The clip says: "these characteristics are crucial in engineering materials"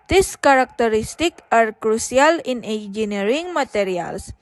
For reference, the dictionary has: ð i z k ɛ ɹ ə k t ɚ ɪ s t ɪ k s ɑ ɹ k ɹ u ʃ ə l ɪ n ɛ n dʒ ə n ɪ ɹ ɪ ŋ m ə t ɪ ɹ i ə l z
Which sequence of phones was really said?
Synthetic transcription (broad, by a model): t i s k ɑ ɹ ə k t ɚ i s t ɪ k ɑ ɹ k ɹ u s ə l ɪ n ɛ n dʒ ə n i ɹ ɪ ŋ m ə t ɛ ɹ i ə l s